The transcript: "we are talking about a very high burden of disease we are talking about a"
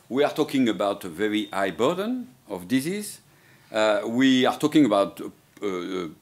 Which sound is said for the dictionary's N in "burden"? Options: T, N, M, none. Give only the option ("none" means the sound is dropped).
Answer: N